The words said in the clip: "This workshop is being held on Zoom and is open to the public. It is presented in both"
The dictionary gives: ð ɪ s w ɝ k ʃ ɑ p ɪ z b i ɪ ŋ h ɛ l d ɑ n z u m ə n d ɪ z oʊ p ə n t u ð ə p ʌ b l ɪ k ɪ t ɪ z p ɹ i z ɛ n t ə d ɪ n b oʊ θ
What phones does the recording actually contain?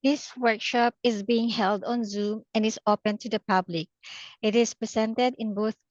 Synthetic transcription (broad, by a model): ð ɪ s w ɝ k ʃ ɑ p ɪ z b i ɪ ŋ h ɛ l d ɑ n z u m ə n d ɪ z oʊ p ə n t u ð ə p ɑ b l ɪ k ɪ t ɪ s p ɹ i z ɛ n t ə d ɪ n b oʊ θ